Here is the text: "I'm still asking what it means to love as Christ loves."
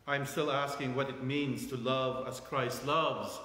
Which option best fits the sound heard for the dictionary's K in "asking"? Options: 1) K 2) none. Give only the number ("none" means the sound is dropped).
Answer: 1